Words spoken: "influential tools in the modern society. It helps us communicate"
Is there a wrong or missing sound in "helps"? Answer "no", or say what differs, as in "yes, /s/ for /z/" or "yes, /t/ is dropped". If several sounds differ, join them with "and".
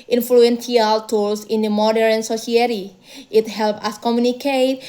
yes, /s/ is dropped